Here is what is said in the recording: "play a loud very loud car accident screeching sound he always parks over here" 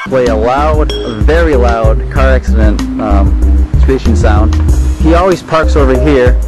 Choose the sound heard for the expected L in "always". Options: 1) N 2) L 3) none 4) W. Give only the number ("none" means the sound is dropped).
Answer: 2